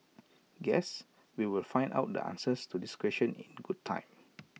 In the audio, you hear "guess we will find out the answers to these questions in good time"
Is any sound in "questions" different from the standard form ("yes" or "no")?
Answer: yes